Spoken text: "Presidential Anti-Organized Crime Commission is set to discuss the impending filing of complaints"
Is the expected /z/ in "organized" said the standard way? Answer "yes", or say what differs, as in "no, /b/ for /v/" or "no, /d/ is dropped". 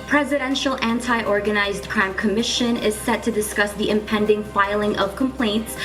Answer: yes